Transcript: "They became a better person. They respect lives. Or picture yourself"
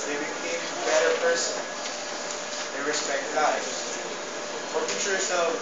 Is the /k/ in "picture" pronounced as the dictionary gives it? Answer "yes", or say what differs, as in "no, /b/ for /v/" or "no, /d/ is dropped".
no, /k/ is dropped